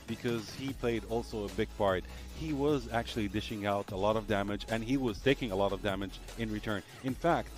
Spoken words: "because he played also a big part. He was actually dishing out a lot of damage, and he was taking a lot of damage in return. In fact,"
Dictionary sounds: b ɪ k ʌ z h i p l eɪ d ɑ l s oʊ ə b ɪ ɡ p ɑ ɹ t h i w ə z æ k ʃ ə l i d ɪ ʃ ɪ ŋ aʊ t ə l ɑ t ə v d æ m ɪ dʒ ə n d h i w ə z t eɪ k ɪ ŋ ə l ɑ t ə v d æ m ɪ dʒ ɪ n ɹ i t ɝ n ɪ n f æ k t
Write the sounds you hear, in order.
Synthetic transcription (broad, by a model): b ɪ k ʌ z h i p l eɪ d ɑ l s oʊ ə b ɪ ɡ p ɑ ɹ t h i w ə z æ k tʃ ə l i d ɪ ʃ ɪ ŋ aʊ t ə l ɑ t ə v d æ m ɪ dʒ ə n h i w ə z t eɪ k ɪ ŋ ə l ɑ t ə v d æ m ɪ dʒ ɪ n ɹ i t ɝ n ɪ n f æ k t